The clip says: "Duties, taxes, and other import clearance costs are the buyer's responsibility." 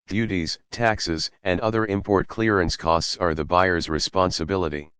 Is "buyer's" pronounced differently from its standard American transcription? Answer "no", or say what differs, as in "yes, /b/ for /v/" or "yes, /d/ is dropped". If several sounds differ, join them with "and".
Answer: no